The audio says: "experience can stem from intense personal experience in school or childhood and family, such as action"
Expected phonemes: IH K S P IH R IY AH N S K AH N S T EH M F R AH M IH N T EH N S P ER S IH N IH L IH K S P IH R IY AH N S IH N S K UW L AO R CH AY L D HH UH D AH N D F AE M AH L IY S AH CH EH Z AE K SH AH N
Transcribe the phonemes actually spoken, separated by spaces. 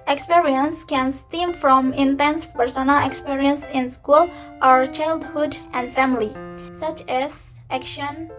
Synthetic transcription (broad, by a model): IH K S P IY R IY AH N S K AH N S T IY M F R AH M IH N T EH N S P ER S IH N IH L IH K S P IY R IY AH N S IH N S K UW L AO R CH AY L D HH UH D AH N D F AE M AH L IY S AH CH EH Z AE K SH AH N